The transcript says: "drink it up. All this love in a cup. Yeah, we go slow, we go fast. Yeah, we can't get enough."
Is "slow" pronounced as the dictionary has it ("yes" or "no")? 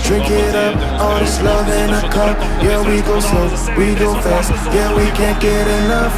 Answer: no